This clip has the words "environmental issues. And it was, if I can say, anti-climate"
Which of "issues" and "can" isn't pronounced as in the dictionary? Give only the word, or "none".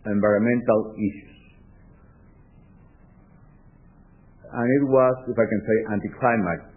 issues